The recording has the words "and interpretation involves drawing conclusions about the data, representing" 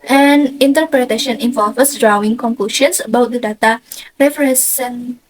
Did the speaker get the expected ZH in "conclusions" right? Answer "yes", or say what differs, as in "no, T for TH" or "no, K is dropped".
no, SH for ZH